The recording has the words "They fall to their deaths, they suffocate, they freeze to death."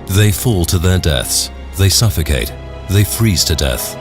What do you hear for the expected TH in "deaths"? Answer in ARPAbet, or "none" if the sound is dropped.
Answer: TH